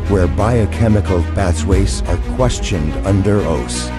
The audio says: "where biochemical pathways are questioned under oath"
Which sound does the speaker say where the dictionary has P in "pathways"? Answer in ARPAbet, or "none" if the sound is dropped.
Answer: B